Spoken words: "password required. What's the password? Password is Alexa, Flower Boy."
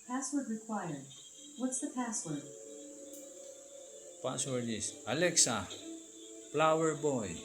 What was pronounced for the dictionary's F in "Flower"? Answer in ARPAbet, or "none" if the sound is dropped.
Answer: P